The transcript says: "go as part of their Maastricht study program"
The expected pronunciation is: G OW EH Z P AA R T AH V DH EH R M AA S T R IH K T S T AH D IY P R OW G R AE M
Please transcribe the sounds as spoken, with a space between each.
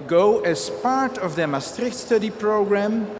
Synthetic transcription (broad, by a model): G OW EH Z P AA R T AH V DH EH M AA S T R IH K T S T AH D IY P R OW G R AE M